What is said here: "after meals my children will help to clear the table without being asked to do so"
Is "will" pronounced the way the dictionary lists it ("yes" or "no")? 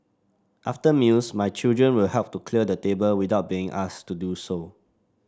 yes